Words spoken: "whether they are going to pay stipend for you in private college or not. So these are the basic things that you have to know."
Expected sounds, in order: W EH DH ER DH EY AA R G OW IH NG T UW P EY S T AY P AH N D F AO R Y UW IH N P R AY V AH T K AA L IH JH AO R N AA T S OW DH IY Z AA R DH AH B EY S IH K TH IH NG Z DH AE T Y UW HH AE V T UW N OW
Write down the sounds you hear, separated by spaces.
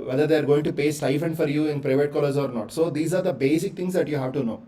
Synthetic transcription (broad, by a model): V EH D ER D EY AA R G OW IH NG T UW P EY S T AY F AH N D F AO R Y UW IH N P R AY V AH T K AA L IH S AO R N AA T S OW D IY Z AA R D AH B EY S IH K T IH NG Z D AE T Y UW HH AE V T UW N OW